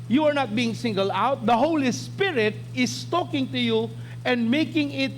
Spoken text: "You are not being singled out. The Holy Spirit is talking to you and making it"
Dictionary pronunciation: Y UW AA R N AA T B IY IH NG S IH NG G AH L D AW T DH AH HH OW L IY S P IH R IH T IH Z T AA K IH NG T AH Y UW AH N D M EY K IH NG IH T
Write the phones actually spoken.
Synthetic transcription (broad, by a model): Y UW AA R N AA T B IY IH NG S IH NG G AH L AW T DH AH HH OW L IY S P IH R IH T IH S T AA K IH NG T AH Y UW AH N D M EY K IH NG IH T